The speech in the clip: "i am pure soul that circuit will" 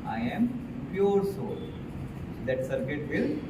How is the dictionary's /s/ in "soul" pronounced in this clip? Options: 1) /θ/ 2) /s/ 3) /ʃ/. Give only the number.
2